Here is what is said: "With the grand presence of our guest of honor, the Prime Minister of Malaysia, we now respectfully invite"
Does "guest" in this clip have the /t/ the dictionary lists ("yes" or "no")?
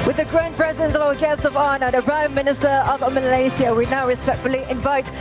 yes